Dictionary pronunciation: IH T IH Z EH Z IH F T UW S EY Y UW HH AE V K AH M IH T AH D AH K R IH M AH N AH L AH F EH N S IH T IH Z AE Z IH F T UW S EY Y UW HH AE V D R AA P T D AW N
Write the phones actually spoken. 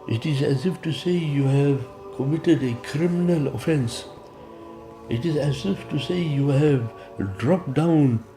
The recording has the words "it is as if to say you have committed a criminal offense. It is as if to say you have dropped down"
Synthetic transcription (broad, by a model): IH T IH Z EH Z IH F T UW S EY Y UW HH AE V K AH M IH T AH D AH K R IH M AH N AH L AH F EH N S IH T IH Z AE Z IH F T UW S EY Y UW HH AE V D R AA P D AW N